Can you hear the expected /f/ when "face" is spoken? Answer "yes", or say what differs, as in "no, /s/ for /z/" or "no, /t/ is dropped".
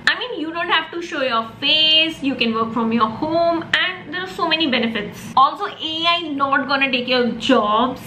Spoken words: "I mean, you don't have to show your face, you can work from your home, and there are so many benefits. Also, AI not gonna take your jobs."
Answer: yes